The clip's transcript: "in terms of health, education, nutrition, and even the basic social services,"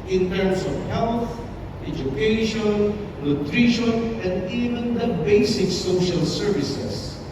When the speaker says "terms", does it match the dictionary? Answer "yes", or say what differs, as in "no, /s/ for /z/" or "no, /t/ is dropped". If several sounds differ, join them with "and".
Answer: no, /s/ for /z/